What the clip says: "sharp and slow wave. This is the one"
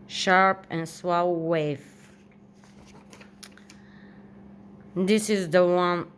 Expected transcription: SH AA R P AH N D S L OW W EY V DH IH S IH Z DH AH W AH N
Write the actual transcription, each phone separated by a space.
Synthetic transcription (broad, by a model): SH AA R P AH N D S W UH W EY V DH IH S IH Z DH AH W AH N